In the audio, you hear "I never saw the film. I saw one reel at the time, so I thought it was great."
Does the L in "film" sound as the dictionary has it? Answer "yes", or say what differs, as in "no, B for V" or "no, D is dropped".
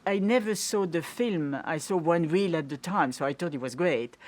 yes